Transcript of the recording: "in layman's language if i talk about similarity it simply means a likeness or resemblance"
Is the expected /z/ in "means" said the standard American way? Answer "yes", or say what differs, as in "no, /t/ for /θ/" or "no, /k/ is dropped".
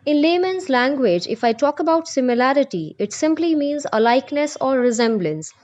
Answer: yes